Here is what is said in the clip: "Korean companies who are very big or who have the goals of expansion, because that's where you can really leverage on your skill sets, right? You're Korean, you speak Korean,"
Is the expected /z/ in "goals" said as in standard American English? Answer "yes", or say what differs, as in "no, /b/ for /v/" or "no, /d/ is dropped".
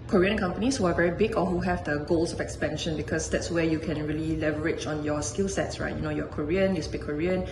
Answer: no, /s/ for /z/